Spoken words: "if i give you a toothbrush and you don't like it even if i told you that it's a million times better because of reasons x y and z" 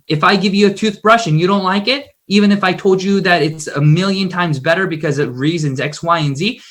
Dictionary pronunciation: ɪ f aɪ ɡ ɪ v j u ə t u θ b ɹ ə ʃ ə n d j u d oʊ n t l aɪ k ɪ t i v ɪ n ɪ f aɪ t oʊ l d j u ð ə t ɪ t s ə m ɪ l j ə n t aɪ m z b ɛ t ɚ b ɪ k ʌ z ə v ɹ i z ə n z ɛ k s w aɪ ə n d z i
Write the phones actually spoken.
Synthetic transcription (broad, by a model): ɪ f aɪ ɡ ɪ v j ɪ ə t u θ b ɹ ə ʃ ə n j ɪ d oʊ n t l aɪ k ɪ t i v ɪ n ɪ f aɪ t oʊ l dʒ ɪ ð ə t ɪ t s ə m ɪ l j ə n t aɪ m z b ɛ t ɚ b ɪ k ʌ z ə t ɹ i z ə n z ɛ k s w aɪ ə n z i